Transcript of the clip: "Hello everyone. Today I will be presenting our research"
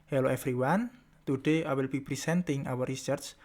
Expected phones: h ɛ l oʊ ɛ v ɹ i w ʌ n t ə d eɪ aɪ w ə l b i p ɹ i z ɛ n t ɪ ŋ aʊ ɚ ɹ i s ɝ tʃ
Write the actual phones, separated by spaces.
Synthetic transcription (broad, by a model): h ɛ l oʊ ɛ f ɹ i w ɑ n t ə d eɪ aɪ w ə l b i p ɹ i s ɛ n t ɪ ŋ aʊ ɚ ɹ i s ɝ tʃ